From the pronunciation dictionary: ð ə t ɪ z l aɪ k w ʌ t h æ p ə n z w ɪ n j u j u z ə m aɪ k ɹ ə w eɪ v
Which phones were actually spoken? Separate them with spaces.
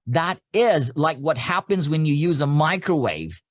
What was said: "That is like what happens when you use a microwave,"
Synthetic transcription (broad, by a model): ð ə t ɪ z l aɪ k w ʌ t h æ p ə n z w ɪ n j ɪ j u z ə m aɪ k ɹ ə w eɪ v